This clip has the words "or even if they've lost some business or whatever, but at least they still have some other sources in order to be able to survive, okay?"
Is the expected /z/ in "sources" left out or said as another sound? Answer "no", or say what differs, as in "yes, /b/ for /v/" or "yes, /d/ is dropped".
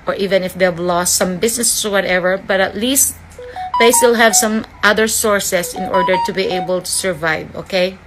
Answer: yes, /s/ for /z/